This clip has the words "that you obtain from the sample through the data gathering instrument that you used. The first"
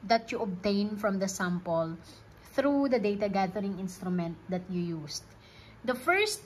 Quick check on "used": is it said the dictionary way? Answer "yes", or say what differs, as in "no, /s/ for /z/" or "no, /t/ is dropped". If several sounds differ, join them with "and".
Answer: no, /s/ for /z/